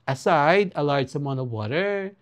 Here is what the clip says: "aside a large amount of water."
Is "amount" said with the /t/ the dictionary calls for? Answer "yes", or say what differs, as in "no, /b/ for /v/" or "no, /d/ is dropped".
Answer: no, /t/ is dropped